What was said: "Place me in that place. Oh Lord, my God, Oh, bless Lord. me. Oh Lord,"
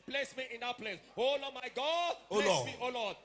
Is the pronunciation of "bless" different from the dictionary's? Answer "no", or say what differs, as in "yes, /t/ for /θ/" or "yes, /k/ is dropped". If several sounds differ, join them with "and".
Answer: yes, /l/ is dropped